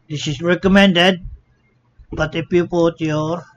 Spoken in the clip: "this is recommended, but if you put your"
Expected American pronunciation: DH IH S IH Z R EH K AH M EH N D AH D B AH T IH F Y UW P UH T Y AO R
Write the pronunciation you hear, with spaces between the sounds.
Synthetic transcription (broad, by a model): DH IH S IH S R EH K AH M EH N D AH D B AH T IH P Y UW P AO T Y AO R